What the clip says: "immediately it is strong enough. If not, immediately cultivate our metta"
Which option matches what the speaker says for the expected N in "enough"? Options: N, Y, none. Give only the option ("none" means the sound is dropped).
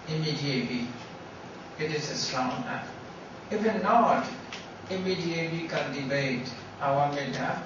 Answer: none